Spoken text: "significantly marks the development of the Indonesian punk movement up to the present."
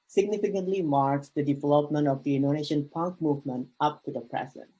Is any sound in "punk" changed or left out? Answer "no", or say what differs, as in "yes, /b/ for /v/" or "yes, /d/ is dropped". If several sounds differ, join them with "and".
no